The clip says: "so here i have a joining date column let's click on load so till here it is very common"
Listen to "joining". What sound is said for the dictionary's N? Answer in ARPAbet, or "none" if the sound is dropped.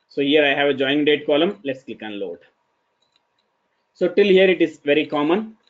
none